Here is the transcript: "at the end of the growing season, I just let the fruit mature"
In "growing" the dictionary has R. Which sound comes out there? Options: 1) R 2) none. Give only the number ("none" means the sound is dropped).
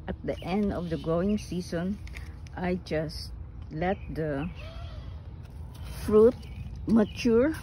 2